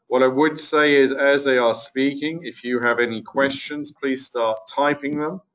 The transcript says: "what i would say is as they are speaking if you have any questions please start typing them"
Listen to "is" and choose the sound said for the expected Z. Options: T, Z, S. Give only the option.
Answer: Z